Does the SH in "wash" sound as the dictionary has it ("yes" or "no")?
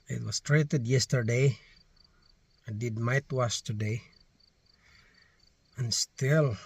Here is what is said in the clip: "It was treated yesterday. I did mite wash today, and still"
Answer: no